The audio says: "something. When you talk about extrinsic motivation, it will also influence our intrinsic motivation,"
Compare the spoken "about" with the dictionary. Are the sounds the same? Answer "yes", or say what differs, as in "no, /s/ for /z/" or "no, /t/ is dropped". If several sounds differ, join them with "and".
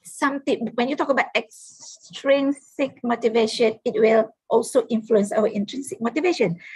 yes